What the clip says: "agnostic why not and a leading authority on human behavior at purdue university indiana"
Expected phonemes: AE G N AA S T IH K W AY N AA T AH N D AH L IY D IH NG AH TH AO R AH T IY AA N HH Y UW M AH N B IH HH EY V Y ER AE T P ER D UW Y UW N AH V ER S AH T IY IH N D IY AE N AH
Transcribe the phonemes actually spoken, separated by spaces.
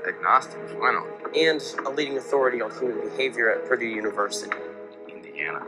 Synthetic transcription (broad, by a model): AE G N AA S T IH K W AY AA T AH N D AH L IY D IH NG AH TH AO R AH T IY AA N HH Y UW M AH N B IH HH EY V Y ER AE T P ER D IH Y UW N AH V ER S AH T IY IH N D IY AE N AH